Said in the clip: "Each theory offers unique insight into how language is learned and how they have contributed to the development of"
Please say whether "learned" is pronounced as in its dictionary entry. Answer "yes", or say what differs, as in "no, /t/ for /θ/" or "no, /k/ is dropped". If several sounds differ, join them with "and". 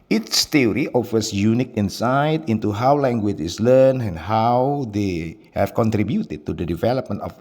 no, /d/ is dropped